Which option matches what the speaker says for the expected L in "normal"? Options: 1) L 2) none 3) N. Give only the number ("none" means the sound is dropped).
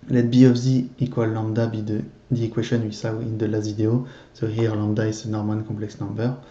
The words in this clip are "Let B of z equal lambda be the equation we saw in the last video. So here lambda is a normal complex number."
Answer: 3